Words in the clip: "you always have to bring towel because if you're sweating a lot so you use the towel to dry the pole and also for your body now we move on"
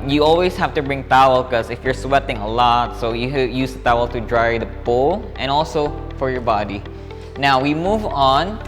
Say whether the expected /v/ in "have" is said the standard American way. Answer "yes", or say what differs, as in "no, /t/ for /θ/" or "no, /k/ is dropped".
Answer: no, /f/ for /v/